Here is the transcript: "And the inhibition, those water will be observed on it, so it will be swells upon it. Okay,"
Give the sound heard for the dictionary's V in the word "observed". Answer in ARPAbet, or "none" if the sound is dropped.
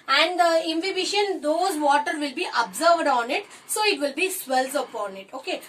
V